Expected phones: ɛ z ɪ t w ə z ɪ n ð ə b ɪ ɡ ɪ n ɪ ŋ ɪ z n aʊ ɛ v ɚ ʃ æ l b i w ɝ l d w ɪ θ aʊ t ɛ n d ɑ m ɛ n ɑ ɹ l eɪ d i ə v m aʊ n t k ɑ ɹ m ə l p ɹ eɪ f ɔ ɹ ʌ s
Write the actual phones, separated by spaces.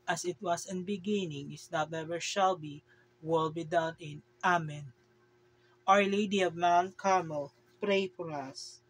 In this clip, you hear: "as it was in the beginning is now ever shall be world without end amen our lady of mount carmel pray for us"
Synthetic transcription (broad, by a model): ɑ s ɪ t w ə s ɪ n b ɪ ɡ ɪ n ɪ ŋ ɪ s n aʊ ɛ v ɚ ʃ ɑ l b i w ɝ l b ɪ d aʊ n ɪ n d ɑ m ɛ n ɑ ɹ l eɪ d i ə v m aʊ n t k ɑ ɹ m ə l p ɹ eɪ f ɔ ɹ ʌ s